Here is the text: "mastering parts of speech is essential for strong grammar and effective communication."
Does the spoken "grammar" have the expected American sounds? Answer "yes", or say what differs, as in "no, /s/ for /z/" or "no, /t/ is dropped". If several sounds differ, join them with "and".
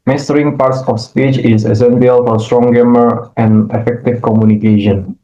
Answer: no, /ɹ/ is dropped